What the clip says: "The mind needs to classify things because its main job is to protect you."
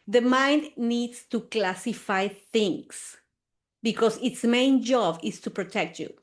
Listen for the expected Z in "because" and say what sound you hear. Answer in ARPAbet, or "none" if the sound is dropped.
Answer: S